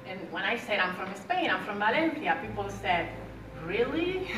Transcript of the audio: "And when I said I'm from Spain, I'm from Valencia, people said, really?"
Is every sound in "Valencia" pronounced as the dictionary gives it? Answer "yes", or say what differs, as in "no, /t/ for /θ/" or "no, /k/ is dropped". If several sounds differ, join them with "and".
no, /θ/ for /s/